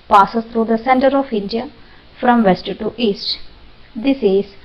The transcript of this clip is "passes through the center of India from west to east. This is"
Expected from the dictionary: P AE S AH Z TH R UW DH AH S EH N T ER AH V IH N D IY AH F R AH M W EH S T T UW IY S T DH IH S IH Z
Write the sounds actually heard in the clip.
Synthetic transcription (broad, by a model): P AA S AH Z T R UW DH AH S EH N T ER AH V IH N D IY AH F R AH M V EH S T T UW IY S T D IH S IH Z